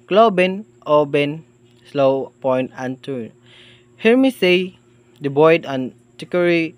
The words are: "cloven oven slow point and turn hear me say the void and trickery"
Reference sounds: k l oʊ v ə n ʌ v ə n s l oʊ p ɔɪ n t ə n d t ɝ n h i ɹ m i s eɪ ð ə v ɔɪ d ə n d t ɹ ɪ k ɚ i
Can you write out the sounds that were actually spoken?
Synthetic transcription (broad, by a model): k l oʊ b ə n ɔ b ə n s l oʊ p ɔɪ n t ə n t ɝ h i ɹ m i s eɪ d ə b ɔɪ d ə n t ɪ k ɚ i